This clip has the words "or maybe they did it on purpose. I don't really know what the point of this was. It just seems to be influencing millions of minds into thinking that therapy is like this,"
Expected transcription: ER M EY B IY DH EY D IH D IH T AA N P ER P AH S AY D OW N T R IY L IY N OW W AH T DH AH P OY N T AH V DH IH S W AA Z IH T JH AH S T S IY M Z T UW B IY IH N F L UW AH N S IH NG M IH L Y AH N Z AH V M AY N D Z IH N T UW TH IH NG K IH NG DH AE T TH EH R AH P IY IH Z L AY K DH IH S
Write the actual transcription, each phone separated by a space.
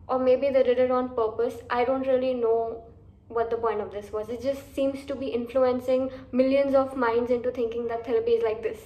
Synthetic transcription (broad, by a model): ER M EY B IY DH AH D IH D IH T AA N P ER P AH S AY D OW N T R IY L IY N OW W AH T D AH P OY N T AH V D IH S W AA Z IH T JH AH S T S IY M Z T UW B IY IH N F L UW AH N S IH NG M IH L Y AH N Z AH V M AY N D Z IH N T UW T IH NG K IH NG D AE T T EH L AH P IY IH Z L AY K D IH S